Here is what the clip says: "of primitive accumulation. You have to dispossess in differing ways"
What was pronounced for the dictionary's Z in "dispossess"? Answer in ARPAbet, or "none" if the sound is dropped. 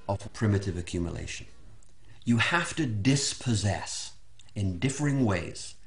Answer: Z